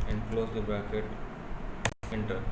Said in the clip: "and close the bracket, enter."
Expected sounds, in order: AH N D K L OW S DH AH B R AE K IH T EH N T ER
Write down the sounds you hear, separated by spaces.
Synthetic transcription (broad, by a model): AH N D K L OW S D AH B AE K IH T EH N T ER